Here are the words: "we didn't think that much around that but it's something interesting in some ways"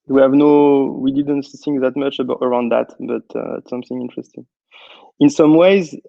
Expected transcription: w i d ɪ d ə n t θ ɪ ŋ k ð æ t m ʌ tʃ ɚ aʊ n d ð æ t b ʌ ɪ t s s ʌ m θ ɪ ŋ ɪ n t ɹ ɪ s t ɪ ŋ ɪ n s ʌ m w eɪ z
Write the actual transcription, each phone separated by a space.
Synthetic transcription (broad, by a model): w i d ɪ d ə n t θ ɪ ŋ k ð æ t m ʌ tʃ ɚ aʊ n d ð æ t b ʌ t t s ʌ m θ ɪ ŋ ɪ n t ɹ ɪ s t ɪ ŋ ɪ n s ʌ m w eɪ z